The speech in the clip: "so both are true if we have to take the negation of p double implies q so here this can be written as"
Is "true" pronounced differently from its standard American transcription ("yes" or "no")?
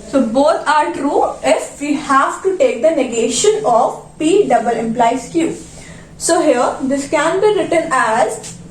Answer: no